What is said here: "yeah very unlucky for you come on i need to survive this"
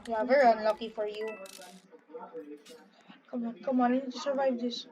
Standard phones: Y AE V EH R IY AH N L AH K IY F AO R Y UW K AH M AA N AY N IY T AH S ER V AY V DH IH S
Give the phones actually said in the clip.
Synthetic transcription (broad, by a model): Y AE V EH R IY AH N L AH K IY F AO R Y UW K AH M AA N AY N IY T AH S ER V AY V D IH S